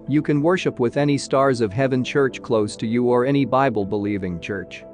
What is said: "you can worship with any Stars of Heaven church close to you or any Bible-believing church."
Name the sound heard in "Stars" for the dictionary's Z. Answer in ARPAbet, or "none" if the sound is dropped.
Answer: Z